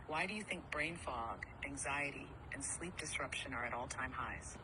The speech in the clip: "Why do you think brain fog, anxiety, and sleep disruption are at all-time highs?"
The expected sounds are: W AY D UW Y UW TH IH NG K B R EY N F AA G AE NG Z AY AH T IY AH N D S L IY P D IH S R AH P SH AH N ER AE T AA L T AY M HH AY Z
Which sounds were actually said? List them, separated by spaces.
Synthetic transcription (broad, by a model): W AY D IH Y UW TH IH NG K B R EY N F AA G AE NG Z AY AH T IY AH N S L IY P D IH S R AH P SH AH N ER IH T AA L T AY M HH AY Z